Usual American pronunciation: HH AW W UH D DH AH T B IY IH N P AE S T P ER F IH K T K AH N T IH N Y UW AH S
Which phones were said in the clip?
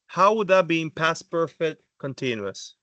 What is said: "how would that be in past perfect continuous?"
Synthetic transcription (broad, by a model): HH AW W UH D DH AH T B IY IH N P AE S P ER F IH T K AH N T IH N Y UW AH S